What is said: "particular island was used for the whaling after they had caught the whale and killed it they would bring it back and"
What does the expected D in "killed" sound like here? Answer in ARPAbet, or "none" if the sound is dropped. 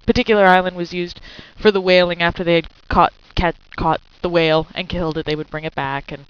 D